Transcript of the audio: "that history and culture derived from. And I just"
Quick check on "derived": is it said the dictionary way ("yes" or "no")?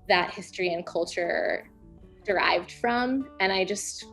yes